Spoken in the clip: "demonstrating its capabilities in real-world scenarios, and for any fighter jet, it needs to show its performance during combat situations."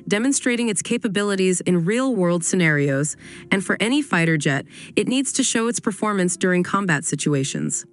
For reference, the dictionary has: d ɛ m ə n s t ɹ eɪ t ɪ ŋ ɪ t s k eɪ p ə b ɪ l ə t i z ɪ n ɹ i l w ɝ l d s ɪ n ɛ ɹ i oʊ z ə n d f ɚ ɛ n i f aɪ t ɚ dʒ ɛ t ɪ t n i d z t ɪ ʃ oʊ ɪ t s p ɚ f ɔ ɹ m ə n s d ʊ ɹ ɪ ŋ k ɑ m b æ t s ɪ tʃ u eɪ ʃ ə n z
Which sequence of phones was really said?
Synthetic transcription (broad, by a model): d ɛ m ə n s t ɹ eɪ t ɪ ŋ ɪ t s k eɪ p ə b ɪ l ə t i z ɪ n ɹ i l w ɝ l d s ɪ n ɛ ɹ i oʊ z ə n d f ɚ ɛ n i f aɪ t ɚ dʒ ɛ t ɪ t n i d z t ɪ ʃ oʊ ɪ t s p ɚ f ɔ ɹ m ə n s d ʊ ɹ ɪ ŋ k ɑ m b æ t s ɪ tʃ u eɪ ʃ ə n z